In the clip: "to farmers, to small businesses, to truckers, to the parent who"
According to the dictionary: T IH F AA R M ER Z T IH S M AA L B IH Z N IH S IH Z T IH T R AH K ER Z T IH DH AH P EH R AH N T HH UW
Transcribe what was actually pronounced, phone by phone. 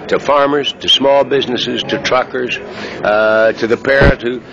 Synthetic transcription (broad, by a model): T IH F AA R M ER Z T IH S M AA L B IH Z N IH S IH Z T IH T R AH K ER Z T IH DH AH P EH R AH T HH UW